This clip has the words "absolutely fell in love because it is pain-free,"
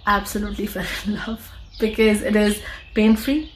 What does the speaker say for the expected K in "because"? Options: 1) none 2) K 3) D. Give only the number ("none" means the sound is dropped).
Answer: 2